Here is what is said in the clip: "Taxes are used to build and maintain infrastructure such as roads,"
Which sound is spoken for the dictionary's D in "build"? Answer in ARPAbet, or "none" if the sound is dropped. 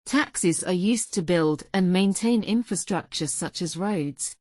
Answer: D